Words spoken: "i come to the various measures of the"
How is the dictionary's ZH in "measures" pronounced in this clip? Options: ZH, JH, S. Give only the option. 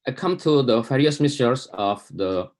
S